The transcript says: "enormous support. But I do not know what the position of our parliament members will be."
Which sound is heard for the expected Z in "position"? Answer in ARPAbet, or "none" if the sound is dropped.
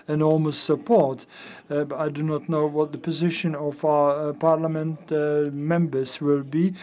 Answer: Z